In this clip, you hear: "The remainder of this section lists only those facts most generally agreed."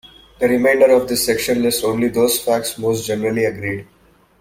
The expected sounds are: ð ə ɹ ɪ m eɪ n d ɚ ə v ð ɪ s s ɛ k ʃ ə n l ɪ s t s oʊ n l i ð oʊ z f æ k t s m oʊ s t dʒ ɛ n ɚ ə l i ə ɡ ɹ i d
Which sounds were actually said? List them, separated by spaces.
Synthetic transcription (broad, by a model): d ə ɹ ɪ m eɪ n d ɚ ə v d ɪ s s ɛ k ʃ ə n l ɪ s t oʊ n l i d oʊ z f æ k t s m oʊ s t dʒ ɛ n ɚ ə l i ə ɡ ɹ i d